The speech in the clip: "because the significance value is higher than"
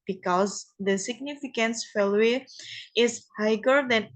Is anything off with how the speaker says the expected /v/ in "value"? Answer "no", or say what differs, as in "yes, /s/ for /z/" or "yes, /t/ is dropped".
yes, /f/ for /v/